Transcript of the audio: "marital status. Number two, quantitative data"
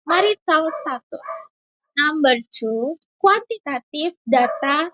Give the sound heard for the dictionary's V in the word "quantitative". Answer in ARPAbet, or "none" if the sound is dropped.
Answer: F